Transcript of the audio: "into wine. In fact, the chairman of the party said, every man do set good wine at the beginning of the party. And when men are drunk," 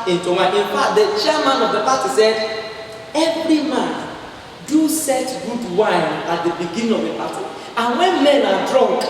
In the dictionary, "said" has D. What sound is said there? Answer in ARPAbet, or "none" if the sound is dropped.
D